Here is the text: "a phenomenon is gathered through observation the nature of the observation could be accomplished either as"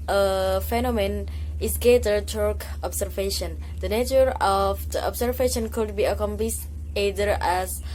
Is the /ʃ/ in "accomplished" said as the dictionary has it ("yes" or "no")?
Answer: no